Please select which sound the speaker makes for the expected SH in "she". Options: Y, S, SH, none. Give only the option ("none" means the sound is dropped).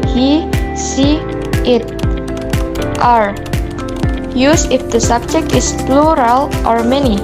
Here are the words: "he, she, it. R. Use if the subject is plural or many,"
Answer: S